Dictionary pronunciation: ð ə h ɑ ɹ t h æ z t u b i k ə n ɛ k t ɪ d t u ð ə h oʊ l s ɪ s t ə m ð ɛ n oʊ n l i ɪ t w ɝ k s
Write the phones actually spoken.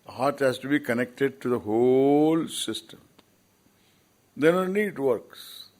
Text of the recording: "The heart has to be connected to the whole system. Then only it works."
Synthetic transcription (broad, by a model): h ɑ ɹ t h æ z t u b i k ə n ɛ k t ɪ d t u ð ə h oʊ l s ɪ s t ə m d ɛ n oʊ n i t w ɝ k s